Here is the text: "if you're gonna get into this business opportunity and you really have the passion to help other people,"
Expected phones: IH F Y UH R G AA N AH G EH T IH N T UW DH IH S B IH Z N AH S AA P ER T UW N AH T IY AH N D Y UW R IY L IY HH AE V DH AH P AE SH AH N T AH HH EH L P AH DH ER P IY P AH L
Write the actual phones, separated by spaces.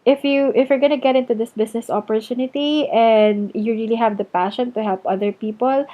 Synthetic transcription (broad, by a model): IH F Y UH R G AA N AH G EH T IH N T UW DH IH S B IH S N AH S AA P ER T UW N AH T IY AH N D Y UW R IY L IY HH AE V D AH P AE SH AH N T AH HH EH L P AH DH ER P IY P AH L